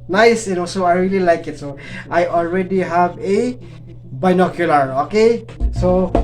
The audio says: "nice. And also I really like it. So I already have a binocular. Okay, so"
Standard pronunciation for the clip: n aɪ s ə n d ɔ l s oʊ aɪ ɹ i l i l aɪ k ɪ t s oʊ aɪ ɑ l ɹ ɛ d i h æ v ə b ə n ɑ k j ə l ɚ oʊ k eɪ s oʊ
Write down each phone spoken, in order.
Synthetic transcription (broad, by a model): n aɪ s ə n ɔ s oʊ aɪ ɹ i l i l aɪ k ɪ t s oʊ aɪ ɑ l ɹ ɛ d i h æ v ə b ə n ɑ k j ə l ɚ oʊ k eɪ s oʊ